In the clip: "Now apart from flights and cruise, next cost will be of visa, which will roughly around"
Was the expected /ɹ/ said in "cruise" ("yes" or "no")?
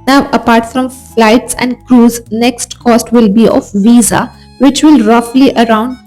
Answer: yes